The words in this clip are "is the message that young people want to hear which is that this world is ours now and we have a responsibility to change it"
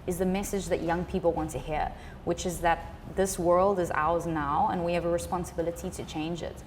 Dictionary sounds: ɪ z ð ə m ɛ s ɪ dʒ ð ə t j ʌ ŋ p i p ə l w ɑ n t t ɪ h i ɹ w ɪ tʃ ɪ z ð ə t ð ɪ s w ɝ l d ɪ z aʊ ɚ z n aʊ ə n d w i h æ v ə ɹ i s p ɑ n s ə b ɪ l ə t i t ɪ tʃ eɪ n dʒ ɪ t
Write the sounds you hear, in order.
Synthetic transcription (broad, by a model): ɪ z ð ə m ɛ s ɪ dʒ ð ə t j ʌ ŋ p i p l w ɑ n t t ɪ h i ɹ w ɪ tʃ ɪ z ð ə t ð ɪ s w ɝ l d ɪ z aʊ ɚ z n aʊ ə n w i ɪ v ə ɹ i s p ɑ n s ə b ɪ l ə t i t ɪ tʃ eɪ n dʒ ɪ t